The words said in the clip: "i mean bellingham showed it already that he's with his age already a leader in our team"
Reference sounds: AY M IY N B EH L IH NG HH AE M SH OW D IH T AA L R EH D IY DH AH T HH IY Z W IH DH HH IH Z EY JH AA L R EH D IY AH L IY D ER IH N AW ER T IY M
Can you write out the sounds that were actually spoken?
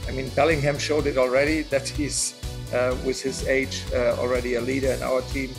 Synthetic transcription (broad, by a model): AY M IY N B EH L IH NG HH AE M SH OW D IH T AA L R EH D IY DH AH T HH IY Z W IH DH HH IH Z EY JH AA L R EH D IY AH L IY D ER IH N AW ER T IY M